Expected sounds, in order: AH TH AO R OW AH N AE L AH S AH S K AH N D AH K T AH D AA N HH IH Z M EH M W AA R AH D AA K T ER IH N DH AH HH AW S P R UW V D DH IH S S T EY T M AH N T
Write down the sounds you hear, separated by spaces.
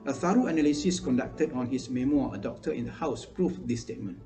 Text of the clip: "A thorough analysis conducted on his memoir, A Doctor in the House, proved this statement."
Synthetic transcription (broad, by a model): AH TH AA R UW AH N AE L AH S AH S K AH N D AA K T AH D AA N HH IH S M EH M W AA AH D AA K T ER IH N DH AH HH AW S P R UW F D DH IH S S T EY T M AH N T